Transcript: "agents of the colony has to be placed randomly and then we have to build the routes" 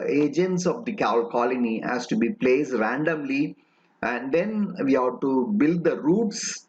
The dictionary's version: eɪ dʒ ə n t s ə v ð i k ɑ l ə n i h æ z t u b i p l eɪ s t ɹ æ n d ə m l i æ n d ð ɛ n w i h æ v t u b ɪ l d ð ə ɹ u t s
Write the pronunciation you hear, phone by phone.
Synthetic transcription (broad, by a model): eɪ dʒ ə n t s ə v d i k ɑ l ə l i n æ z t u b i p l eɪ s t ɹ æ n d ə m l i æ n d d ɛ n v i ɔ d t u b ɪ l d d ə ɹ u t s